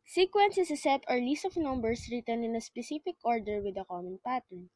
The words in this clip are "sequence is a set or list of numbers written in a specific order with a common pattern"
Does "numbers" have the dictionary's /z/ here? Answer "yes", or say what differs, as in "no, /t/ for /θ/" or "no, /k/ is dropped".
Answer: no, /s/ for /z/